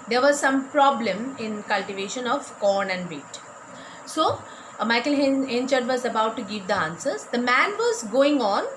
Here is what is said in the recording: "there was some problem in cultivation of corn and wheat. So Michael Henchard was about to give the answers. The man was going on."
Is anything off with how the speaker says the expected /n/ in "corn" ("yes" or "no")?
no